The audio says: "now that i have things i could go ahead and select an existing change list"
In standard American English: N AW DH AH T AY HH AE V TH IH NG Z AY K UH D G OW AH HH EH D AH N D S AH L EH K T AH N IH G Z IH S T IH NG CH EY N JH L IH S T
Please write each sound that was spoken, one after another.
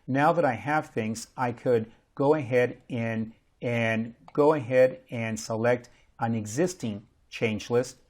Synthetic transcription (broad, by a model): N AW DH AH T AY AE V TH IH NG Z AY K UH D G OW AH HH EH D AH N D S AH L EH K T AH N IH G Z IH S T IH NG CH EY N JH L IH S T